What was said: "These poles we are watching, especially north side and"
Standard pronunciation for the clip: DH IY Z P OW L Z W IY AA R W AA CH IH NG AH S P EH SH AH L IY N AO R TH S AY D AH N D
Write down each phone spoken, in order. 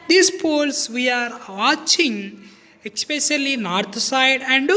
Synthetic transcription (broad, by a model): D IY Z P OW L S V IY AA R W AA CH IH NG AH S P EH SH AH L IY N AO R T S AY D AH N D